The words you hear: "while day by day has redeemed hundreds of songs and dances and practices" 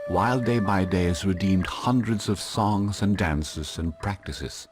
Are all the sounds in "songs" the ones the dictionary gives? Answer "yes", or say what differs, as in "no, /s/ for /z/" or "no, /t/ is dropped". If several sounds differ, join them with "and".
yes